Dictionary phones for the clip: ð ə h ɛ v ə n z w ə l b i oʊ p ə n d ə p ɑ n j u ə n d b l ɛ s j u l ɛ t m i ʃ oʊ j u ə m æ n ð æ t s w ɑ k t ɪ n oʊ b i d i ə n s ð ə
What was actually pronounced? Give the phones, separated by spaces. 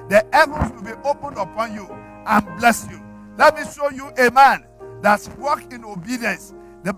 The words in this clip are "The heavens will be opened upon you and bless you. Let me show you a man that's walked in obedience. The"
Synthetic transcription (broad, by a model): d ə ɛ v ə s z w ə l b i oʊ p ə n d ə p ɑ n j u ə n b l ɛ s j u l ɛ t m i ʃ oʊ j u ə m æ n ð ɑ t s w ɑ k ɪ n oʊ b i d i ə n s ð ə